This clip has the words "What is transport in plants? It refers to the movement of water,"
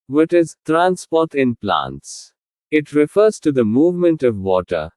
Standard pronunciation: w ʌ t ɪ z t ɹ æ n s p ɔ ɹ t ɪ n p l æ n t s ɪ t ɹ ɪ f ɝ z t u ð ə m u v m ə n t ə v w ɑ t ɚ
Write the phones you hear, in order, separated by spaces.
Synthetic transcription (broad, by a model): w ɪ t ɪ z t ɹ æ n s p ɔ ɹ t ɪ n p l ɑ n t s ɪ t ɹ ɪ f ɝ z t u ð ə m u v m ə n t ə v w ɑ t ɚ